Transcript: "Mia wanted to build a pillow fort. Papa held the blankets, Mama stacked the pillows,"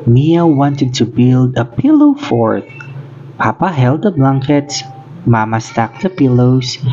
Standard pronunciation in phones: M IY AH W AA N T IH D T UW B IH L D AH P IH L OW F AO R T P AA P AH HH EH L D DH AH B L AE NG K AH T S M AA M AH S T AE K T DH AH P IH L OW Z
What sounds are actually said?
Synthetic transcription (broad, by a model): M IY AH W AA N T IH D T UW B IH L D AH P IH L OW F AO R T P AA P AH HH EH L D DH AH B L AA NG K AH T S M AA M AH S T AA K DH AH P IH L OW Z